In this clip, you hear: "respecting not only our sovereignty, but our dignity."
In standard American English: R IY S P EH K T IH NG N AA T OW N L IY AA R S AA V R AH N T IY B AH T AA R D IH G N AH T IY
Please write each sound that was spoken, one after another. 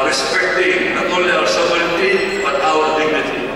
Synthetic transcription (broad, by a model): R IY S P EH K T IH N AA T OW L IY AA R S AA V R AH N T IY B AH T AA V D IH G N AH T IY